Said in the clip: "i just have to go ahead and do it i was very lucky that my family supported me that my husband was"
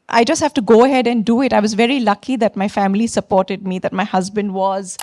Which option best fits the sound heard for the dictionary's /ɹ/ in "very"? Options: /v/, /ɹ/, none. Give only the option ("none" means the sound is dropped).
/ɹ/